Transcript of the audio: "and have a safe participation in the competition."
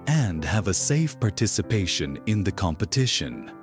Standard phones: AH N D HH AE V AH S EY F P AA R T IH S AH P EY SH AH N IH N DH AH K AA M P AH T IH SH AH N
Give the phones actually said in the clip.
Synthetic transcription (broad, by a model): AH N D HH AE V AH S EY F P AA R T IH S AH P EY SH AH N IH N DH AH K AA M P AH T IH SH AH N